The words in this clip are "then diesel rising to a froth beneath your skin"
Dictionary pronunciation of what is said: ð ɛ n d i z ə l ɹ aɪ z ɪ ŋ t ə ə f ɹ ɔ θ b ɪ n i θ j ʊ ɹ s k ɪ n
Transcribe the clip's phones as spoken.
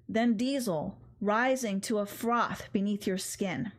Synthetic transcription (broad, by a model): ð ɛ n d i z l ɹ aɪ z ɪ ŋ t ə ə f ɹ ɔ θ b ɪ n i θ j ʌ ɹ s k ɪ n